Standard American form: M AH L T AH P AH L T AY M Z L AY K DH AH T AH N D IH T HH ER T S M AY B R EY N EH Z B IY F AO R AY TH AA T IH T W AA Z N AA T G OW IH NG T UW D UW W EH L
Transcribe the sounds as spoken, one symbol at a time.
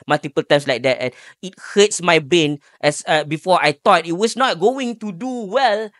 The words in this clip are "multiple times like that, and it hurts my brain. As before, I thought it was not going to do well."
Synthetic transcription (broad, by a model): M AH L T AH P AH L T AY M S L AY K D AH T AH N IH T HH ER T S M AY B EY N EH S B IY F AO AY T AA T IH T W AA S N AA T G OW IH NG T UW D UW W EH L